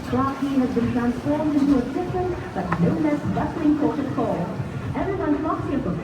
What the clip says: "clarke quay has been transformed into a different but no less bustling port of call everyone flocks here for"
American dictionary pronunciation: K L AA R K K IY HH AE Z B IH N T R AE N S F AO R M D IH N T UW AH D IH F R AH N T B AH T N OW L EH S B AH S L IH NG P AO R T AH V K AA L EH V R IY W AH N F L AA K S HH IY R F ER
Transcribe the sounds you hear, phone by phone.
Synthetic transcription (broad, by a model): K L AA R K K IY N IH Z B IH N T R AE N S F AO R M D IH N T UW AH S IH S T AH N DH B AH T N OW L EH S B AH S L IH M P AO R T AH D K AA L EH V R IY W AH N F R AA S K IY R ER